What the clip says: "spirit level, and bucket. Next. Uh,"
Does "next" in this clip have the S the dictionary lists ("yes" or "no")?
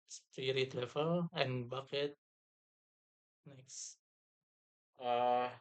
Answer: yes